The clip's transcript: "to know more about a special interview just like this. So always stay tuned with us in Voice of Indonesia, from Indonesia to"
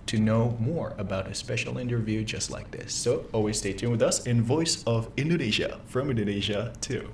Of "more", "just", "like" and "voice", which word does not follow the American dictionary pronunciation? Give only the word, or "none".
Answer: none